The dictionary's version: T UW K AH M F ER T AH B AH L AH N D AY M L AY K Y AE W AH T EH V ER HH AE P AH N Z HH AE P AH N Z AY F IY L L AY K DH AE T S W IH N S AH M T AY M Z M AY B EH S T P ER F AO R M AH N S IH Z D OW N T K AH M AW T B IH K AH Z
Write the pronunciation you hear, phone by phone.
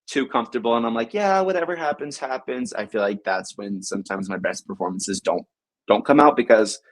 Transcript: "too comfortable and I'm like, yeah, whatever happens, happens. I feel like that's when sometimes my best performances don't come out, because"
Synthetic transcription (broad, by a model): T UW K AH M F T AH B L AH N AY M L AY K Y AE W AH T EH V ER HH AE P AH N Z HH AE P AH N Z AY F IY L L AY K DH AE T S W IH N S AH M T AY M Z M AY B EH S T P ER F AO R M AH N S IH Z D OW N T K AH M AW T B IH K AH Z